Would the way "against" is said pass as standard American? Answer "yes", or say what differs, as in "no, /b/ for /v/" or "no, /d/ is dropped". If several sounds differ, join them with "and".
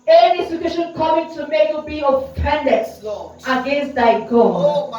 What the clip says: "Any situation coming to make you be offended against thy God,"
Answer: yes